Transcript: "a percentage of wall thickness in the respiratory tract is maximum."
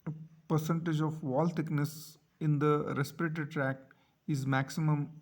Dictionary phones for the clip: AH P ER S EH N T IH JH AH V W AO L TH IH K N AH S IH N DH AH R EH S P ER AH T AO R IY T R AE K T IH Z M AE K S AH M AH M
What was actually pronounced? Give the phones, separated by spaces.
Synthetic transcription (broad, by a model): P ER S EH N T IH JH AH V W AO L T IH K N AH S IH N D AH R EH S P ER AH T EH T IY T R AE K T IH Z M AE K S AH M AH M